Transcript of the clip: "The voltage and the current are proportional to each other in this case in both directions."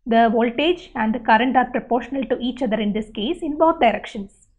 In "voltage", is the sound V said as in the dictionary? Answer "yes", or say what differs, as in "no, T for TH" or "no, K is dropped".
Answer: yes